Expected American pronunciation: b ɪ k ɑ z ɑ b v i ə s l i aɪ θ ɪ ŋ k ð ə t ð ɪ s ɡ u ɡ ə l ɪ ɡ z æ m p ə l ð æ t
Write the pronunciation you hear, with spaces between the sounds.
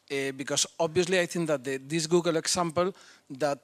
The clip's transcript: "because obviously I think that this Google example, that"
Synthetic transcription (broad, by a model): b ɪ k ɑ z ɑ b v i ə s l i aɪ t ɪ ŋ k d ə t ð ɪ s ɡ u ɡ ə l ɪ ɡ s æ m p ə l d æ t